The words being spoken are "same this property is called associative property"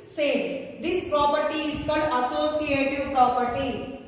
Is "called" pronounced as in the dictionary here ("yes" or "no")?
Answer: no